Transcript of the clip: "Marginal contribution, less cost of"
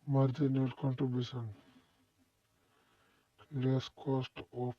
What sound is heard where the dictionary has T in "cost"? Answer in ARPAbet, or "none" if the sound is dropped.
T